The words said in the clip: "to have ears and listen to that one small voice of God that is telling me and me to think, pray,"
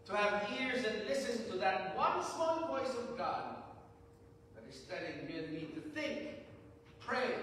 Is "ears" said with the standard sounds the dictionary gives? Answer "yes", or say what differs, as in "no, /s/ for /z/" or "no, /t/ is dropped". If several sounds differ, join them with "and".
yes